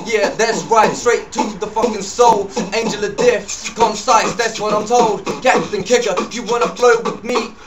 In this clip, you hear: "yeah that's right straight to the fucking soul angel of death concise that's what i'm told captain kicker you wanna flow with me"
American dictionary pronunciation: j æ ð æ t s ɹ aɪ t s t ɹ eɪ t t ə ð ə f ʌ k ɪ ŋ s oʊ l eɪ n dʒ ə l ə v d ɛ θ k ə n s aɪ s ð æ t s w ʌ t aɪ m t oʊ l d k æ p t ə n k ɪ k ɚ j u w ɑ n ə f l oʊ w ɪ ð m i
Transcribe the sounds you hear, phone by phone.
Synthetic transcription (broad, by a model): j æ ð æ t s ɹ aɪ t s t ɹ eɪ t t ə ð ə f ʌ k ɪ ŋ s oʊ l eɪ n dʒ ə l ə d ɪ f k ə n s aɪ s ð æ t s w ʌ t aɪ m t oʊ l d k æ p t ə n k ɪ k ɚ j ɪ w ɑ n ə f l oʊ w ɪ ð m i